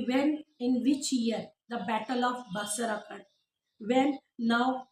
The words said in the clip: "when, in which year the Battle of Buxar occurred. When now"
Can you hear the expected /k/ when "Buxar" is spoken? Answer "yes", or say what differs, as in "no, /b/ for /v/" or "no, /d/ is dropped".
no, /k/ is dropped